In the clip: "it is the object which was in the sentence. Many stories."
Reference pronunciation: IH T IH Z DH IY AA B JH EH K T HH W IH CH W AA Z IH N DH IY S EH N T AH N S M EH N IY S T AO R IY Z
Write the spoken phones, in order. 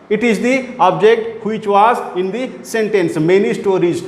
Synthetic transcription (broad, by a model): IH T IH Z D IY AA B JH EH K T HH W IH CH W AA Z IH N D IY S EH N T AH N S M EH N IY S T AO R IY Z